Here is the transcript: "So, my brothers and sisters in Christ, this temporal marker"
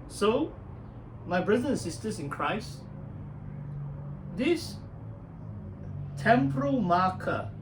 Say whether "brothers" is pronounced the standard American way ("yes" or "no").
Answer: no